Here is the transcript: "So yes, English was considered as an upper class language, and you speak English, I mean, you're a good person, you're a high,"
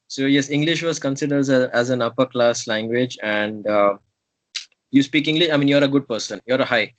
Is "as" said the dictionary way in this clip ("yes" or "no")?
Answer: yes